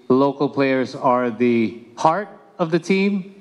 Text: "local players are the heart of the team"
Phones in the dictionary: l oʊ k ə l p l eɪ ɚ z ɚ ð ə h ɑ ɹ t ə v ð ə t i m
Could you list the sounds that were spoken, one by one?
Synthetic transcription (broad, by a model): l oʊ k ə l p l eɪ ɚ z ɚ ð ə h ɑ ɹ t ə v ð ə t i m